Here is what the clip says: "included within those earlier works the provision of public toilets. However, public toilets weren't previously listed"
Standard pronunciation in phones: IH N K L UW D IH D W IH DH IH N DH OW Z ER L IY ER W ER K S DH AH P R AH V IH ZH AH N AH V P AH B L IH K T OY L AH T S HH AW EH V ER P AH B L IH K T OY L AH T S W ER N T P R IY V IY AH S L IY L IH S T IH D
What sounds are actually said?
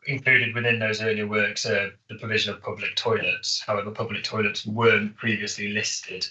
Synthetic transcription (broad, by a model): IH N K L UW D IH D W IH DH IH N DH OW Z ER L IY W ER K S DH AH P R AH V IH ZH AH N AH V P AH B L IH K T OY L AH T S HH AW EH V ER P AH B L IH K T OY L AH T S W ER N P R IY V IY AH S L IY L IH S T IH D